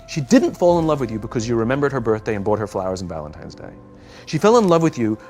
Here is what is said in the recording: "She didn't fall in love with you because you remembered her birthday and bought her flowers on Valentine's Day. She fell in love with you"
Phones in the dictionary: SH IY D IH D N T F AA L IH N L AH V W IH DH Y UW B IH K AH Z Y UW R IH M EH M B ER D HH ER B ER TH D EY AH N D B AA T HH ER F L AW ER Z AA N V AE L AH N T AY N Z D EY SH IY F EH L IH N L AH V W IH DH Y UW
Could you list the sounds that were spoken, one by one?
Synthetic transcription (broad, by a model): SH IY D IH D N T F AA L IH N L AH V W IH DH Y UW B IH K AH Z Y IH R IH M EH M B ER D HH ER B ER TH D EY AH N B AA T HH ER F L AW ER Z N V AE L AH N T AY N Z D EY SH IY F EH L IH N L AH V W IH DH Y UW